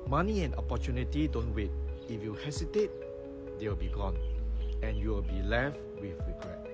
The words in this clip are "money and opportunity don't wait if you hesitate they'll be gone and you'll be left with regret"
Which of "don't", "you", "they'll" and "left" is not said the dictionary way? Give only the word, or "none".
they'll